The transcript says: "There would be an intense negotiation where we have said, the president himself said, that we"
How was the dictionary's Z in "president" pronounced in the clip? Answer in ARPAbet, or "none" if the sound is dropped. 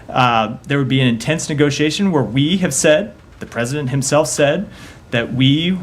Z